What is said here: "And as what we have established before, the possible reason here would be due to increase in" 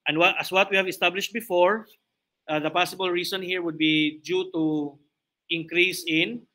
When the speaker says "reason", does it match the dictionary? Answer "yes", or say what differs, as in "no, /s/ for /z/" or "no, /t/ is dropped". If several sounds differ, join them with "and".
no, /s/ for /z/